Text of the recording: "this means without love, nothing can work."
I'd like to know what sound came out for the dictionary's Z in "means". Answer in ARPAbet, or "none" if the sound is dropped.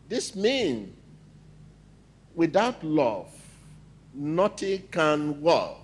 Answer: none